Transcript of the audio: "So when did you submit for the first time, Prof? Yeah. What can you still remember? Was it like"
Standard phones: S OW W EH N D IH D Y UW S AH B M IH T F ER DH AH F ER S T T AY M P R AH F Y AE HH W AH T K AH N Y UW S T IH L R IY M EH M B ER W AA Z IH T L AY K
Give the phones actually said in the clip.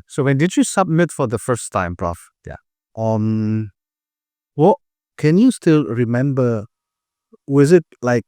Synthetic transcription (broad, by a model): S OW W EH N D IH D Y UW S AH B M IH T F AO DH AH F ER S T T AY M P R AH F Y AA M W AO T K AH N Y UW S T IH L R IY M EH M B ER W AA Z IH T L AY K